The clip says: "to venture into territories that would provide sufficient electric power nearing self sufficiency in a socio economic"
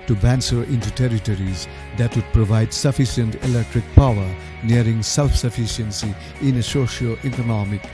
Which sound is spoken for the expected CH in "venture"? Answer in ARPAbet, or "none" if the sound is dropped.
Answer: S